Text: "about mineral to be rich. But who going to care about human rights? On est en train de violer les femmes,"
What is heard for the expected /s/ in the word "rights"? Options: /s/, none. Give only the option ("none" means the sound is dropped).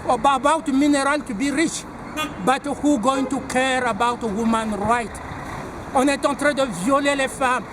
none